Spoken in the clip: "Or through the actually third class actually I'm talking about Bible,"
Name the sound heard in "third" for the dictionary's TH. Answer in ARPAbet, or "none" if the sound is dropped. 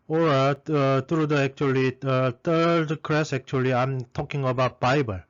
T